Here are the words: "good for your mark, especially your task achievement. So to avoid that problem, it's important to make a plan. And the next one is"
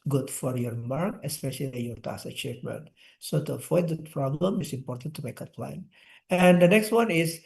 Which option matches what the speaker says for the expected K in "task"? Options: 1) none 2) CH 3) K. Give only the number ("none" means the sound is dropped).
1